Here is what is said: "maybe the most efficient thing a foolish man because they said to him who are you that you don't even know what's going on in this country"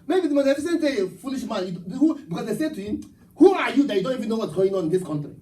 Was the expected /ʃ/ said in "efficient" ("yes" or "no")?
no